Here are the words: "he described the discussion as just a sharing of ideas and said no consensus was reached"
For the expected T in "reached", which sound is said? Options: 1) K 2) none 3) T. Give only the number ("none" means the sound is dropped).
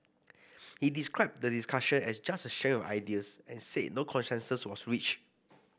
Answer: 2